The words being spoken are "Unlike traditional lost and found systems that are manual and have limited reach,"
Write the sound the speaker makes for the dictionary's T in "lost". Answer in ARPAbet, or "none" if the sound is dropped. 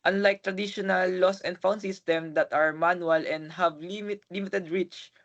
none